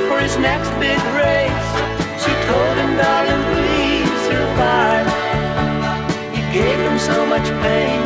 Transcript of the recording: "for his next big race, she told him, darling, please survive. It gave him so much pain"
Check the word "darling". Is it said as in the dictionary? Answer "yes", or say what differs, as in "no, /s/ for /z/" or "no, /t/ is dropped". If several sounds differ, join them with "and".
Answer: no, /l/ is dropped